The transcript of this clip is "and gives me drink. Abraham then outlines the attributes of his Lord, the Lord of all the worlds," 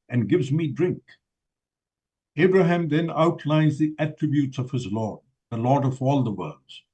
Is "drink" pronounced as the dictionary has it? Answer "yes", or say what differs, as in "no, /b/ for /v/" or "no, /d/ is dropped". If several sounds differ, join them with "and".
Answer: yes